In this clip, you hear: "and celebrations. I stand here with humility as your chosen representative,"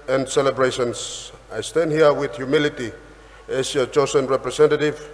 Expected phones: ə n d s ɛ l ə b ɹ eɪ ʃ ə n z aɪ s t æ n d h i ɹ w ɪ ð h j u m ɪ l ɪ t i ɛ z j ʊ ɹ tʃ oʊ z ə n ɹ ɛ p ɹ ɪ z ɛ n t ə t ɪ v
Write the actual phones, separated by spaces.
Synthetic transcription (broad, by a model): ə n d s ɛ l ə b ɹ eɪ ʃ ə n s aɪ s t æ n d h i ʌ w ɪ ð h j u m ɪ l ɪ t i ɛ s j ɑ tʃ oʊ s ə n ɹ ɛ p ɹ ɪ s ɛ n t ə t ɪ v